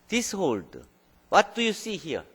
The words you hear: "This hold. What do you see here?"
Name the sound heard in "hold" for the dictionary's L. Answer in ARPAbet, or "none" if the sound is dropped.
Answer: L